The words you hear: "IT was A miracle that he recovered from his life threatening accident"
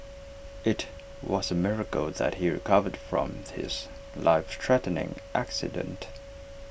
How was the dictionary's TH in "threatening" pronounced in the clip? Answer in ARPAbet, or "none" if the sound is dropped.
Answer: T